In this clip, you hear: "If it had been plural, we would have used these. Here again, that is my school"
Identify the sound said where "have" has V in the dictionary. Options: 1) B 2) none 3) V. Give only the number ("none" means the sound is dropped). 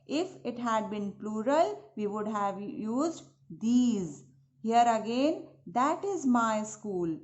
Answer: 3